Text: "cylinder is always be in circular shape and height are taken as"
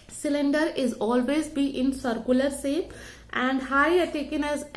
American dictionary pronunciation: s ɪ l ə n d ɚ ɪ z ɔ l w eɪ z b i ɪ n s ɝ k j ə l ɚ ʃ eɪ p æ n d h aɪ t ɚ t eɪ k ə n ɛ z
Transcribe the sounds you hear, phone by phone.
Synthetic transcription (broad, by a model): s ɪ l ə n d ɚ ɪ z ɔ l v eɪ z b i ɪ n s ɝ k j ə l ɚ s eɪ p æ n d h aɪ ɚ t eɪ k ə n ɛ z